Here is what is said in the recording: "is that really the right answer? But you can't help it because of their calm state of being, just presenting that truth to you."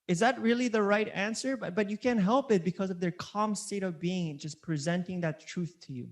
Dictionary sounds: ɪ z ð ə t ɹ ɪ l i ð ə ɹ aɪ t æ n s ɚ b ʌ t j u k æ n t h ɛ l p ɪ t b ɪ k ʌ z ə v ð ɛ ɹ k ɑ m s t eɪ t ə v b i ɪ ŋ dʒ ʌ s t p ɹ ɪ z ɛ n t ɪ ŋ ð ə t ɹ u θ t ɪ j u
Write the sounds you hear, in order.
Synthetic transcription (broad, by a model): ɪ z ð ə t ɹ ɪ l i ð ə ɹ aɪ t æ n s ɚ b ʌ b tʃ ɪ k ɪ n h ɛ l p ɪ t b ɪ k ʌ z ə v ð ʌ ɹ k ɑ m s t eɪ t ə v b i ɪ ŋ dʒ ʌ s p ɹ ɪ z ɛ n t ɪ ŋ ð ə t ɹ u θ t ɪ j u